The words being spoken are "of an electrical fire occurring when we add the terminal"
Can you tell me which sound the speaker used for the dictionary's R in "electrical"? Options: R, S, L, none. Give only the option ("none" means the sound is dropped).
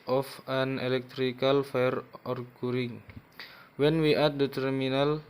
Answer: R